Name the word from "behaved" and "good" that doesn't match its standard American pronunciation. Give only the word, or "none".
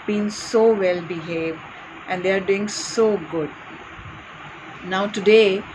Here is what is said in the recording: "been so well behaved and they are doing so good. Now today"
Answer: none